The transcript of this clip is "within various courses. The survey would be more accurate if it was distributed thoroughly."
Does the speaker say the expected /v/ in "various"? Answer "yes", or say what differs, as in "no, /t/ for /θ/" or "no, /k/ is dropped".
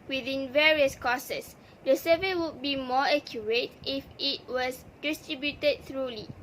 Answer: yes